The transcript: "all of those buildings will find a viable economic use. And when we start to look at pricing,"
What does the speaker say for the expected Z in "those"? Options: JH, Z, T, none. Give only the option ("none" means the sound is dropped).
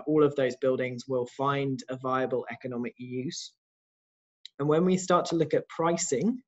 Z